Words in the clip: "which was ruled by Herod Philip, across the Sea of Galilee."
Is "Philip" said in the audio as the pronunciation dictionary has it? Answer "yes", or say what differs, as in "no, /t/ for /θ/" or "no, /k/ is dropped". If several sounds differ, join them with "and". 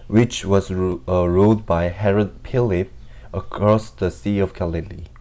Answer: no, /p/ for /f/